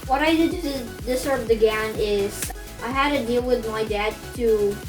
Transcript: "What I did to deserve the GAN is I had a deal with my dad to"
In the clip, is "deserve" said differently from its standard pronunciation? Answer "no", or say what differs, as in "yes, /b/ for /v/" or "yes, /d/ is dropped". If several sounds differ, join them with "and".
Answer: yes, /s/ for /z/